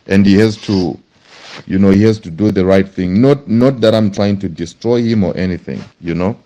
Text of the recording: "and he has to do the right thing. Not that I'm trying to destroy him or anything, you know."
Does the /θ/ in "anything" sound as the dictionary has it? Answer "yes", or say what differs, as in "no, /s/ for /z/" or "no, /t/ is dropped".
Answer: yes